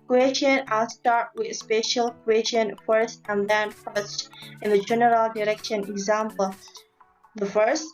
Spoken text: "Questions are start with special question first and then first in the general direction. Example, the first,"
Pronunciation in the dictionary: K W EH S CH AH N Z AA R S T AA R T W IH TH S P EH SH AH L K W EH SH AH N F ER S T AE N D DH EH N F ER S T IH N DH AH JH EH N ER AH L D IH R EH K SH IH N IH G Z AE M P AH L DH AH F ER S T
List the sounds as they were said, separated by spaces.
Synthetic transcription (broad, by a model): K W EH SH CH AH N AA L S T AA R T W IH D S P EH SH AH L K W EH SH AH N F ER S T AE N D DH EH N F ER S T IH N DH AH JH EH N ER AH L D IH R EH K SH IH N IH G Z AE M P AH L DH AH F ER S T